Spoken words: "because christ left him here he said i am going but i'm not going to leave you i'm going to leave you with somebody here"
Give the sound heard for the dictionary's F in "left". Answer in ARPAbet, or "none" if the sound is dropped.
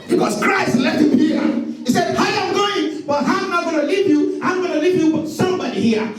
none